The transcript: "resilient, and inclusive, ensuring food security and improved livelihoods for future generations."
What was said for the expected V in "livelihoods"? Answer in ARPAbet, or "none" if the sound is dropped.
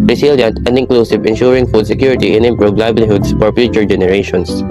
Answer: B